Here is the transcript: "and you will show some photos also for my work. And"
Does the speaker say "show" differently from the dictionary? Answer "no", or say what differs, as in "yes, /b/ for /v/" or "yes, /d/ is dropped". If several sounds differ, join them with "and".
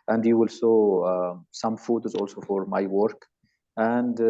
yes, /s/ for /ʃ/